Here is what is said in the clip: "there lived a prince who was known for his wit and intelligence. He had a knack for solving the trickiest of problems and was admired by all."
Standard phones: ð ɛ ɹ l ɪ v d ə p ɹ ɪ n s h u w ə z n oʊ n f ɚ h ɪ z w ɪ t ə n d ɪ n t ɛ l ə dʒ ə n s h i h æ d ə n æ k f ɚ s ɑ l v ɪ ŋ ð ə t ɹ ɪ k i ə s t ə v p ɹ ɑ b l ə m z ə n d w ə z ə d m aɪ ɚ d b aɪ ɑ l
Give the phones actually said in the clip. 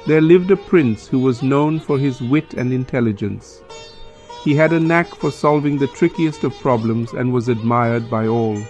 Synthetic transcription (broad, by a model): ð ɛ ɹ l ɪ v d ə p ɹ ɪ n s h u w ə z n oʊ n f ɚ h ɪ z w ɪ t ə n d ɪ n t ɛ l ə dʒ ə n s h i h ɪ d ə n æ k f ɚ s ɑ l v ɪ ŋ ð ə t ɹ ɪ k i ə s t ə v p ɹ ɑ b l ə m z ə n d w ə z ə d m aɪ ɚ d b aɪ ɑ l